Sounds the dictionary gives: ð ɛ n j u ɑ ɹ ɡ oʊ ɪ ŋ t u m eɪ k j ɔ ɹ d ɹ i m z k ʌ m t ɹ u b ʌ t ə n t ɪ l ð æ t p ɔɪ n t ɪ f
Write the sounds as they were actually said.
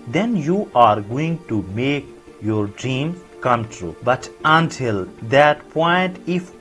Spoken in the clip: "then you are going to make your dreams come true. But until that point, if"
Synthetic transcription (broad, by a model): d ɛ n j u ɑ ɹ ɡ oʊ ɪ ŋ t u m eɪ k j ɔ ɹ d ɹ i m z k ʌ m t ɹ u b ʌ t ə n t ɪ l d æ t p ɔɪ n t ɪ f